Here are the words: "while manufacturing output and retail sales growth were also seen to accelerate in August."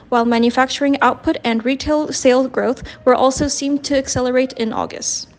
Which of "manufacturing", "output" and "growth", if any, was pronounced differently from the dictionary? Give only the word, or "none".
none